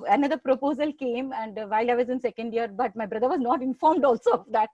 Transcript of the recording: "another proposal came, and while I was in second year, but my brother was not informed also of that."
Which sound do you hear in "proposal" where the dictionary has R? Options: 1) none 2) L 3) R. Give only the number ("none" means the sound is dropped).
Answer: 3